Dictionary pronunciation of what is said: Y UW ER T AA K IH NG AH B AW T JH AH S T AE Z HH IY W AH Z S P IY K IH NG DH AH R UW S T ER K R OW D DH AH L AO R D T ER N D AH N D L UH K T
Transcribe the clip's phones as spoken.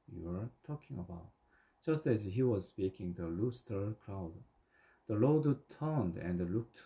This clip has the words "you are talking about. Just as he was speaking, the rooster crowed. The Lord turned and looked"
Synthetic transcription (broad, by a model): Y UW ER T AA K IH NG AH B AW T JH AH S T AE Z HH IY W AH Z S P IY K IH NG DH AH L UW S T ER K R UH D DH AH L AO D T ER N D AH N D L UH K T